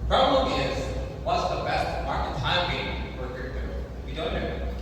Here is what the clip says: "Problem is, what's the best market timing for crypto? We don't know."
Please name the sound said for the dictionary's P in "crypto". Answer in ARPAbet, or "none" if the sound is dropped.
none